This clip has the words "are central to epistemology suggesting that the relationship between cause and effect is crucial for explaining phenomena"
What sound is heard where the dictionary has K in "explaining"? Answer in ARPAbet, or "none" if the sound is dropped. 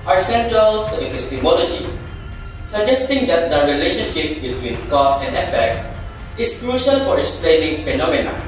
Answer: none